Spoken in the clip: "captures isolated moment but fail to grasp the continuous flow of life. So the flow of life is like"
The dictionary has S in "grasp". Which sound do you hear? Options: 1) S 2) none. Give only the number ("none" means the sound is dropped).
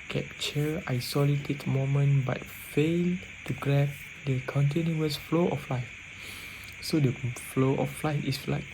2